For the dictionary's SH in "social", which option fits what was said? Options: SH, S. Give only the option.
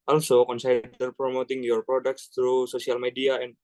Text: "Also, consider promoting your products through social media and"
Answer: S